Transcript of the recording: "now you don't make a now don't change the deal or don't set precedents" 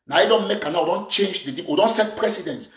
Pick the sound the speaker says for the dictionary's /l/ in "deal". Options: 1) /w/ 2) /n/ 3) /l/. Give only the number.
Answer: 1